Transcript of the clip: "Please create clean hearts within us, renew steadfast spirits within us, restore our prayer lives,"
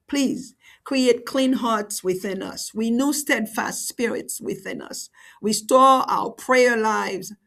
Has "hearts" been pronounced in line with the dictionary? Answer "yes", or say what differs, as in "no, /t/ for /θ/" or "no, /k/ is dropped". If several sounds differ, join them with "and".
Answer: yes